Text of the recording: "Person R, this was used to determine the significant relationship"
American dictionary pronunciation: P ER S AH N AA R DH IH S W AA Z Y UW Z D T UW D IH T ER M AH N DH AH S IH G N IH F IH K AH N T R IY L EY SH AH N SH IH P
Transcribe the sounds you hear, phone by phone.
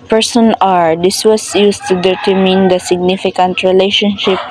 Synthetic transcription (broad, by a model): P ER S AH N AA R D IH S W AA S Y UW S T UW D IH T ER M AH N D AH S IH G N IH F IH K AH N T R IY L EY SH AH N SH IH P